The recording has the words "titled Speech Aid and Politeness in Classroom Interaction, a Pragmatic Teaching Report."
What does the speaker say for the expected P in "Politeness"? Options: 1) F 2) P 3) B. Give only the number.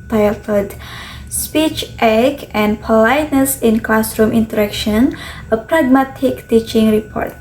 2